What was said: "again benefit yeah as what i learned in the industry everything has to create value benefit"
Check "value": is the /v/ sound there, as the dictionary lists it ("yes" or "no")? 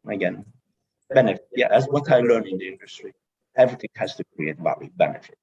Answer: no